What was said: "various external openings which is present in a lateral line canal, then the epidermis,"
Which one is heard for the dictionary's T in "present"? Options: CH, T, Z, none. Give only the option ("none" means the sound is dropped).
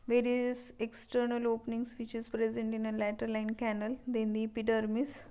T